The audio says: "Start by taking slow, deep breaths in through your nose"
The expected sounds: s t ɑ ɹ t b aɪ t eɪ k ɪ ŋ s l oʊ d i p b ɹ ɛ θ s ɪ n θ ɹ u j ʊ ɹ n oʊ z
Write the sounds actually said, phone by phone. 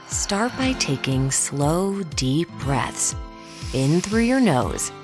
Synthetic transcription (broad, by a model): s t ɑ ɹ t b aɪ t eɪ k ɪ ŋ s l oʊ d i p b ɹ ɛ θ s ɪ n θ ɹ u j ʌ ɹ n oʊ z